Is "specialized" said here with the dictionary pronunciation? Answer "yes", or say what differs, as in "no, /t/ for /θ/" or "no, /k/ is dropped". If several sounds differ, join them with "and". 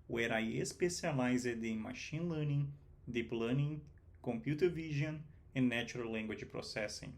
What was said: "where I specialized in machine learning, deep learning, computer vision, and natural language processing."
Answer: no, /s/ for /ʃ/